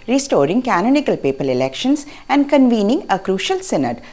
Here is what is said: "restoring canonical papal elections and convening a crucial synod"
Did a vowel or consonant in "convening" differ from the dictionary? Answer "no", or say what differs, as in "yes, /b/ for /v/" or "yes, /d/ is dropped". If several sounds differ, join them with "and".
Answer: no